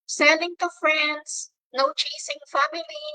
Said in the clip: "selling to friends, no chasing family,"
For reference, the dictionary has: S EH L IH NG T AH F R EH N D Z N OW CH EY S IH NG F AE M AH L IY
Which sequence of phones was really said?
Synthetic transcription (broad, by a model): S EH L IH NG T AH F R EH N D S N OW CH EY S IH NG F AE M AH L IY